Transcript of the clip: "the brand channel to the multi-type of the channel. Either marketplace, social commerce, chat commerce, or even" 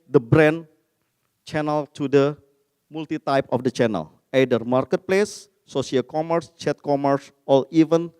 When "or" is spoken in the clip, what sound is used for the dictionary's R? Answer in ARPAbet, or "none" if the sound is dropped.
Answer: L